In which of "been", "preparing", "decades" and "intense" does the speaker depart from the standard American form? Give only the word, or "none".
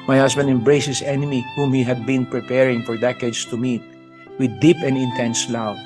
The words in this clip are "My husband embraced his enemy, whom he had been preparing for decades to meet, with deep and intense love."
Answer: decades